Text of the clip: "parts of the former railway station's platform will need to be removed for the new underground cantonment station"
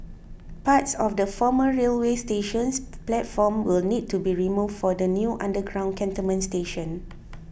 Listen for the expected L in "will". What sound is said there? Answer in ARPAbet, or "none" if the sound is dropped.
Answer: L